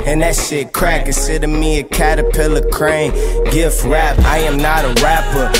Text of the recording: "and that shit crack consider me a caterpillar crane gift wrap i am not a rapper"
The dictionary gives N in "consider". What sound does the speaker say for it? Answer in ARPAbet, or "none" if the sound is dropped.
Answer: none